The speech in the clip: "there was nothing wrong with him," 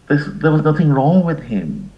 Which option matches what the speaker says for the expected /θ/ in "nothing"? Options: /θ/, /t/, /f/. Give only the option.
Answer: /θ/